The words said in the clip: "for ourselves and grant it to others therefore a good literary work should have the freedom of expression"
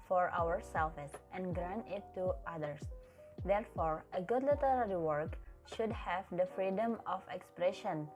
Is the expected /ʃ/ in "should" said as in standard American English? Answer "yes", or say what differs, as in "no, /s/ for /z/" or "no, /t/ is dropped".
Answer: yes